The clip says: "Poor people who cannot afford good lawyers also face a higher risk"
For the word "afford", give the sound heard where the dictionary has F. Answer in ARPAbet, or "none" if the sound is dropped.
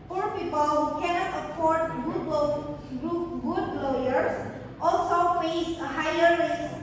P